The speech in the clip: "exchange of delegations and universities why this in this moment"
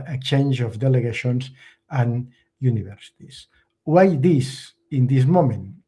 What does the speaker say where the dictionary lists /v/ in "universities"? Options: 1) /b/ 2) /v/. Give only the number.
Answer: 1